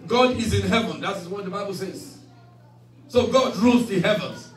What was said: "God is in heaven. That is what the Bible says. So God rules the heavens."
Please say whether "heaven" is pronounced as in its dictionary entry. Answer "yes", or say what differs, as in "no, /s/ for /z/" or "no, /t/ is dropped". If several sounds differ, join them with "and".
yes